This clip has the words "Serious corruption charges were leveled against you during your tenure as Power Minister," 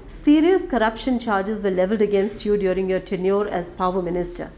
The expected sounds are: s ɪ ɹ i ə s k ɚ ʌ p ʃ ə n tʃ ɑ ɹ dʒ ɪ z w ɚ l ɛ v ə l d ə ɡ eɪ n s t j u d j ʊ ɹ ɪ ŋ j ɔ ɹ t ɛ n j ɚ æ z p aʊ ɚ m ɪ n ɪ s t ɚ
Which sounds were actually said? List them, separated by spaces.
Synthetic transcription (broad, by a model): s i ɹ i ə s k ɚ ʌ p ʃ ə n tʃ ɑ ɹ dʒ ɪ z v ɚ l ɛ v ə l d ə ɡ eɪ n s t j u d j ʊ ɹ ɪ ŋ j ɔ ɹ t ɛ n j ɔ æ z p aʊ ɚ m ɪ n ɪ s t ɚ